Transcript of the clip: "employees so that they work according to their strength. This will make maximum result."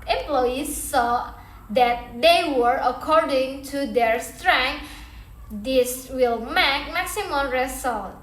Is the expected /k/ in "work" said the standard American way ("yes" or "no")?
no